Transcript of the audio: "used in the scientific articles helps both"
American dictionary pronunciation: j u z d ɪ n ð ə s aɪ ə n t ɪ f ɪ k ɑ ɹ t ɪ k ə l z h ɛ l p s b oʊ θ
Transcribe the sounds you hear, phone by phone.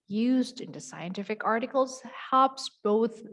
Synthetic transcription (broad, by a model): j u z d ɪ n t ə s aɪ ə n t ɪ f ɪ k ɑ ɹ t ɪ k l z h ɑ p s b oʊ θ